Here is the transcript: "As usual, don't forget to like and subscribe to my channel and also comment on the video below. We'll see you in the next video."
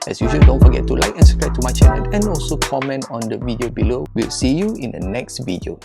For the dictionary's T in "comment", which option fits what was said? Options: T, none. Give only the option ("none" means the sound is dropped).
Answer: T